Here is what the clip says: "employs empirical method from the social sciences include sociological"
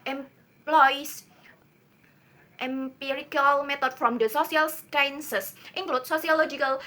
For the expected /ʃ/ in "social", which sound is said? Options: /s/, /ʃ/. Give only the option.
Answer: /s/